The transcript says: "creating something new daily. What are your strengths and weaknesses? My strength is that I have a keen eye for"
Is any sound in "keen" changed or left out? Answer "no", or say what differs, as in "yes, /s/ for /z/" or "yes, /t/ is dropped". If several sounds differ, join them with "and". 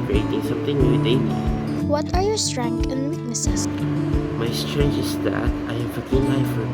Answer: yes, /l/ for /n/